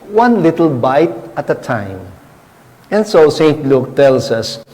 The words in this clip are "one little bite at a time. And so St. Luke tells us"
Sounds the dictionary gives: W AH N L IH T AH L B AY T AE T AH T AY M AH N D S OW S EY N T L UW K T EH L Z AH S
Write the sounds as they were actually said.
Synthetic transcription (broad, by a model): W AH N L IH T AH L B AY T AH T AH T AY M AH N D S OW S EY N T L UW K T EH L S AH S